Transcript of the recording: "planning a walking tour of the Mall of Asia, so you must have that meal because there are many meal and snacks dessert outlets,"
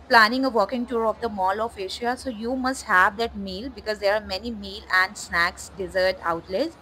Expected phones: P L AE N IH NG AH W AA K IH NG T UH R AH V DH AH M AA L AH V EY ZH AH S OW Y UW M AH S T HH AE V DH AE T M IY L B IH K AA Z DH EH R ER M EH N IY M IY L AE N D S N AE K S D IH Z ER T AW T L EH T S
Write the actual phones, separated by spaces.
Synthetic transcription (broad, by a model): P L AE N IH NG AH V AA K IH NG T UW R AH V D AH M AA L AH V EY SH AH S OW Y UW M AH S T HH AE V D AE T M IY L B IH K AA Z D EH R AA M EH N IY M IY L AE N D S N AE K S D IH Z ER T AW T L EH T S